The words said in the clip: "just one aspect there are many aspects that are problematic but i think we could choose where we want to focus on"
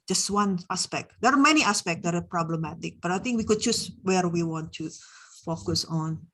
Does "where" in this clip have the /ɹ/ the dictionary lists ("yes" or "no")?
yes